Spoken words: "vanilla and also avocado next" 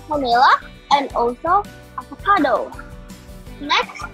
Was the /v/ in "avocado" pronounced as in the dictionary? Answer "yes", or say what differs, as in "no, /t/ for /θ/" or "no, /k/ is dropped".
no, /p/ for /v/